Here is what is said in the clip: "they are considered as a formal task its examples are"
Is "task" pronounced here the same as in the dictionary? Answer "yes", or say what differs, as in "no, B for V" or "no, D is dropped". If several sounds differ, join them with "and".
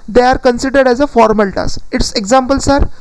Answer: no, K is dropped